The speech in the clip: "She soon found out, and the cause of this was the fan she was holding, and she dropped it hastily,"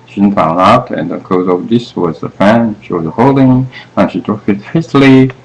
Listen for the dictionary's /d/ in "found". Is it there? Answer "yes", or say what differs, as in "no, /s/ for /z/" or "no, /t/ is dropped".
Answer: no, /d/ is dropped